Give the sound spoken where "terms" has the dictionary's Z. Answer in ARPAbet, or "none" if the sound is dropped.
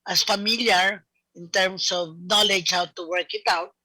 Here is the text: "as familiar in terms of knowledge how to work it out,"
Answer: S